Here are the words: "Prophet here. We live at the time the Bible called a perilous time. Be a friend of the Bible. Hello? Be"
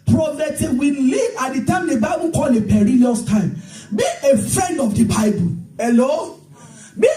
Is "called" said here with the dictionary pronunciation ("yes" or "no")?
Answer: no